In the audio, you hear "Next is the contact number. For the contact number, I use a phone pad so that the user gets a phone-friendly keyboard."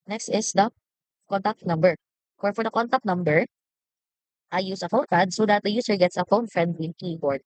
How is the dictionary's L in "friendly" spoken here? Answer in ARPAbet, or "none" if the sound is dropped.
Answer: W